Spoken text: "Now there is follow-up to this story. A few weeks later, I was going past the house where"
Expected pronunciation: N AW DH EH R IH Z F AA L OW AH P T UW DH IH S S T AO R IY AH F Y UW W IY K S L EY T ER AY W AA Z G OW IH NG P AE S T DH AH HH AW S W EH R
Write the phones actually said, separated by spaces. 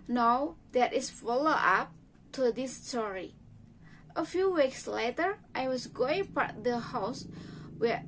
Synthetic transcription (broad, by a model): N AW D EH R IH S F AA L OW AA P T UW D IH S S T AO R IY AH F Y UW W IY K S L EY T ER AY W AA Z G OW IH NG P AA T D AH HH AW S W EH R